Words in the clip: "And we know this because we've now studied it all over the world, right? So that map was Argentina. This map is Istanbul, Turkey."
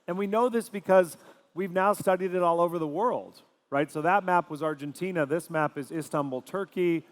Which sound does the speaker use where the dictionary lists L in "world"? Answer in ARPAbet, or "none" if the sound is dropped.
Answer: L